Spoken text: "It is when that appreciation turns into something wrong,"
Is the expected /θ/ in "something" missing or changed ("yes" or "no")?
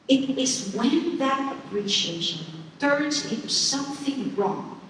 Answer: no